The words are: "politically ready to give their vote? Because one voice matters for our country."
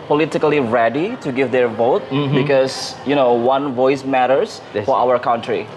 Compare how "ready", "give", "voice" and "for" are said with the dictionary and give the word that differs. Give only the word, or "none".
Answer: none